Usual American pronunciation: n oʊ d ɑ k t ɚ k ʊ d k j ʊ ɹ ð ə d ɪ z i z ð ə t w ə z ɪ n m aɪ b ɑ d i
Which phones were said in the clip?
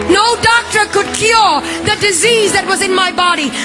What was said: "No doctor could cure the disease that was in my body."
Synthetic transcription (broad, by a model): n oʊ d ɑ k t ɚ k ʊ d k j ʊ ɹ ð ə d ɪ z i z ð ə t w ə z ɪ n m aɪ b ɑ d i